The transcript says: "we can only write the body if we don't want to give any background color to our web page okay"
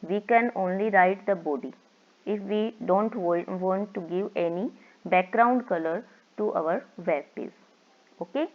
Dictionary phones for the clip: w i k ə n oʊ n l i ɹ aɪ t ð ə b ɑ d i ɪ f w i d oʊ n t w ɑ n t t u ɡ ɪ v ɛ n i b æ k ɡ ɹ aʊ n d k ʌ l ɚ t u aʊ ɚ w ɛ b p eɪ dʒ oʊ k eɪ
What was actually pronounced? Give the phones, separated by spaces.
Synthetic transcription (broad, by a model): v i k ə n oʊ n l i ɹ aɪ t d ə b ɑ d i ɪ f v i d oʊ n t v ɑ n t t u ɡ ɪ v ɛ n i b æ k ɡ ɹ aʊ n d k ʌ l ɚ t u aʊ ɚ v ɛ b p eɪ z oʊ k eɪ